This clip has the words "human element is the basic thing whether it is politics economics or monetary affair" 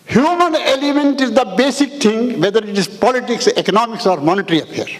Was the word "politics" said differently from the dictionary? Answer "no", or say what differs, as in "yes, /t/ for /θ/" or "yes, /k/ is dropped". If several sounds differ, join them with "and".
no